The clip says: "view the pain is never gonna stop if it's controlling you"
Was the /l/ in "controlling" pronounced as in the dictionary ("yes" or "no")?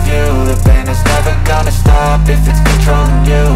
no